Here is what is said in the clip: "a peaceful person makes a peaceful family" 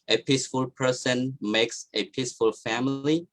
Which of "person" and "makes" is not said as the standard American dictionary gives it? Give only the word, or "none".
none